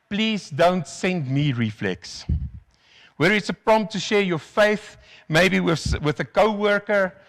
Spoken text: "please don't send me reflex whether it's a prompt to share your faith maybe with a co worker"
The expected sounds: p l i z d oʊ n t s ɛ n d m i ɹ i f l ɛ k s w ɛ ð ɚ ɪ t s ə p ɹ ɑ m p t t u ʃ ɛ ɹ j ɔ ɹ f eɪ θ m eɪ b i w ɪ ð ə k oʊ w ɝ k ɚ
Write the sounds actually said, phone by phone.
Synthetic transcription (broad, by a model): p l i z d oʊ n t s ɛ n d m i ɹ i f l ɛ k s w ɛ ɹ ɪ t s ə p ɹ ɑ m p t t u ʃ ɛ ɹ j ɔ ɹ f eɪ θ m eɪ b i w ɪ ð ə k oʊ w ɝ k ɚ